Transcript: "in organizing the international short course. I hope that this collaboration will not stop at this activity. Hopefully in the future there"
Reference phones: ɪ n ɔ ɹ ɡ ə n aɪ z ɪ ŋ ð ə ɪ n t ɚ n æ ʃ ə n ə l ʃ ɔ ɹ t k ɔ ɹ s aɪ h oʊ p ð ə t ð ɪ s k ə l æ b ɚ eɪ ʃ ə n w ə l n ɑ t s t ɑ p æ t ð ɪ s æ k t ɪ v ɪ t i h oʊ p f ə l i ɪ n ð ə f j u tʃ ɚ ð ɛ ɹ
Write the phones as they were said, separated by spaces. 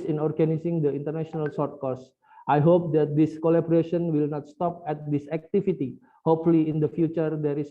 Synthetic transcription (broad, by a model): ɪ n ɔ ɹ ɡ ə n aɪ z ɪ ŋ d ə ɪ n t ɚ n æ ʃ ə n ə l s ɔ ɹ t k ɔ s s aɪ h oʊ p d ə t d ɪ s k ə l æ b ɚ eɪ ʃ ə n w ə l n ɑ t s t ɑ p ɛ t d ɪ s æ k t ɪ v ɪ t i h oʊ p f ə l i ɪ n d ə f j u tʃ ɚ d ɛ ɹ